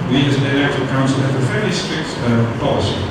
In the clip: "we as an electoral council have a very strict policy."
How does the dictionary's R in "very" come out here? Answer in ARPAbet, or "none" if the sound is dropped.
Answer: L